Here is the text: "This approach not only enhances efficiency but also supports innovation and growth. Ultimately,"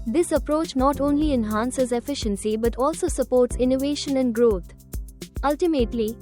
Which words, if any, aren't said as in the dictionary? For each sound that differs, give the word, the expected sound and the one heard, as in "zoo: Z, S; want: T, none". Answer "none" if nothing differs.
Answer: growth: TH, T